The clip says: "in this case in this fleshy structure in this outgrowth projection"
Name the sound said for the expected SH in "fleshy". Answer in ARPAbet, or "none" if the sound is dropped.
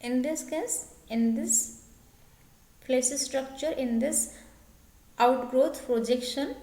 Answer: S